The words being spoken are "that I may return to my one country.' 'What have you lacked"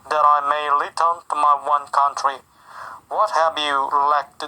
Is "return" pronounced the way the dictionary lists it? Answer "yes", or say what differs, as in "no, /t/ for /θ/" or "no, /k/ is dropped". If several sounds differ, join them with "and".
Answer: no, /l/ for /ɹ/